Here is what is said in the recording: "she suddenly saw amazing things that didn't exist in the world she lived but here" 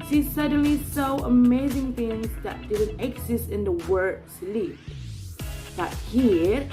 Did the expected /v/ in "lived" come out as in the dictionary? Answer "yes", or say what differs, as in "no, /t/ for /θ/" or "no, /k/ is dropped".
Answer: no, /v/ is dropped